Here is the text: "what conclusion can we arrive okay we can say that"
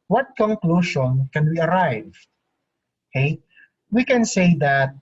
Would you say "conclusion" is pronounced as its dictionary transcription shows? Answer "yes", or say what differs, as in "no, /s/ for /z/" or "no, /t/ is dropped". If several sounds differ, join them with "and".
no, /ʃ/ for /ʒ/